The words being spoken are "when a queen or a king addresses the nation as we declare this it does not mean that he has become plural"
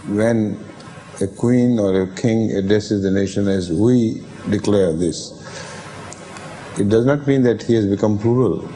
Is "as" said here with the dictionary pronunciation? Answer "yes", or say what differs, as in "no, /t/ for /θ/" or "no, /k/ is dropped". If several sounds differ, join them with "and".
yes